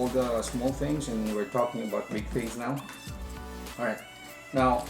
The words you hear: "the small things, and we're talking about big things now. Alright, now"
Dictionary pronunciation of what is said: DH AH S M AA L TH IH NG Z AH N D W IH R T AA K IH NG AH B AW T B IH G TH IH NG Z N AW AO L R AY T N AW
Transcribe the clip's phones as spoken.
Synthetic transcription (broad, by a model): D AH S M AA L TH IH NG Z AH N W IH R T AA K IH NG AH B AW T B IH G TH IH NG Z N AW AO R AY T N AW